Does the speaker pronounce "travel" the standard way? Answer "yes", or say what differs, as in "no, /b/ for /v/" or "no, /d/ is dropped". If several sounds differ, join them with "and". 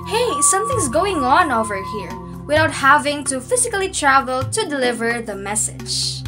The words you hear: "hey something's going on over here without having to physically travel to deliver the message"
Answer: yes